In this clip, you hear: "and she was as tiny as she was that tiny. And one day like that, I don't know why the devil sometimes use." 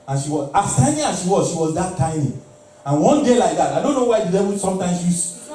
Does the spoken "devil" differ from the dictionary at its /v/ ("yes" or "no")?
yes